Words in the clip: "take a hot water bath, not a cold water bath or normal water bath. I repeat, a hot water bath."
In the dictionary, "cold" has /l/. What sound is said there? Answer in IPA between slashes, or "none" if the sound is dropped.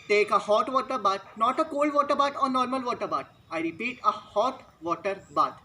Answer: /l/